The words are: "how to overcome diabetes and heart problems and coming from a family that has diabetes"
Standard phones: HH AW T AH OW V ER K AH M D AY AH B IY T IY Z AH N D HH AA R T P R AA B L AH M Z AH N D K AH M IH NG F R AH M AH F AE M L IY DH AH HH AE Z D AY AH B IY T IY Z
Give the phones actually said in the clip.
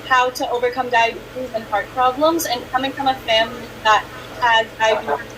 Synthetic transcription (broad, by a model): HH AW T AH OW V ER K AH M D AY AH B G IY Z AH N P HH AA R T P R AA B L AH M Z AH N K AH M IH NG F R AH M AH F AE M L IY DH AH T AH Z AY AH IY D